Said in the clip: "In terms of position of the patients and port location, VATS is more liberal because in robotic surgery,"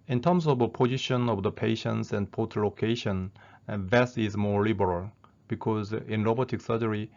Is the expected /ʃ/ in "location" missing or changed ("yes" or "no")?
no